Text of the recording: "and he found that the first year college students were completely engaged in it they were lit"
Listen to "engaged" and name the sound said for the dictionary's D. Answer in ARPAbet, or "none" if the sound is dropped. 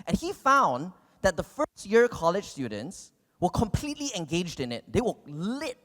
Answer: D